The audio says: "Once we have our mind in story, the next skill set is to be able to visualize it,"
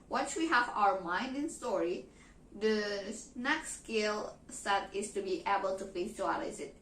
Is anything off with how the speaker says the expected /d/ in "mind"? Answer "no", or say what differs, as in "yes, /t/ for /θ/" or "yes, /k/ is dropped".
no